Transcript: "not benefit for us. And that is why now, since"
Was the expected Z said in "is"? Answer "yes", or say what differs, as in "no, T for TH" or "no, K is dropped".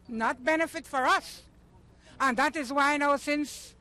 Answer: yes